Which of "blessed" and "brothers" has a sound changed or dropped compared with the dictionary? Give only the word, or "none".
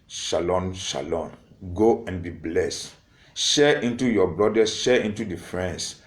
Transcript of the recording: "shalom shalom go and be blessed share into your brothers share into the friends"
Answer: brothers